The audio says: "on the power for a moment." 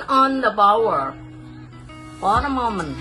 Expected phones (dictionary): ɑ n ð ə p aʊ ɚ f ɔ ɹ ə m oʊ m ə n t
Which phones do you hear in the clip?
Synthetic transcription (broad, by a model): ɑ n ð ə b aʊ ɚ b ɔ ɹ ə m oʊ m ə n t